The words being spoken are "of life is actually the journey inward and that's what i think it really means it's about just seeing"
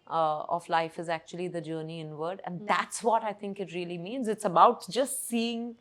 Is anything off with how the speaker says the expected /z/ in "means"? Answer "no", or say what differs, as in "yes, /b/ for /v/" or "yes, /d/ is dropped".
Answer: no